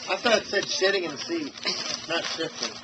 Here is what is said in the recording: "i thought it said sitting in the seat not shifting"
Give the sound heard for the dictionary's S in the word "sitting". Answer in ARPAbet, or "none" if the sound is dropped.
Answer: SH